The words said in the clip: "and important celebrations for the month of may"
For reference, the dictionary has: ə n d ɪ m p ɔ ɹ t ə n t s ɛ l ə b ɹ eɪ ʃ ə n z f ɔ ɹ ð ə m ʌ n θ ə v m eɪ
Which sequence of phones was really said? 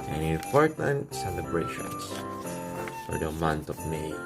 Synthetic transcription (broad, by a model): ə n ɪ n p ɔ ɹ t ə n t s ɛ l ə b ɹ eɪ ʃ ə n s f ɔ ɹ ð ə m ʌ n t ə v m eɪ